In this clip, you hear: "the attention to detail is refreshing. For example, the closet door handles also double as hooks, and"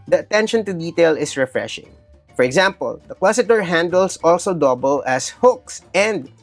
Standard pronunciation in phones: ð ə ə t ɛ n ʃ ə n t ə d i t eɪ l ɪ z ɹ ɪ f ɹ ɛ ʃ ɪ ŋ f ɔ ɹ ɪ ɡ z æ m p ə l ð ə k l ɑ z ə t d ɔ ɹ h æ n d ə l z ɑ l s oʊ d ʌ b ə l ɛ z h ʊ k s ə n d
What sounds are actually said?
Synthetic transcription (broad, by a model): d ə ə t ɛ n ʃ ə n t ə d i t eɪ l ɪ s ɹ ɪ f ɹ ɛ ʃ ɪ ŋ f ɔ ɹ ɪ ɡ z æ m p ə l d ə k w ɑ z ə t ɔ ɹ h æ n d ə l s ɑ l s oʊ d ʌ b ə l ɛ s h ʊ k s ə n d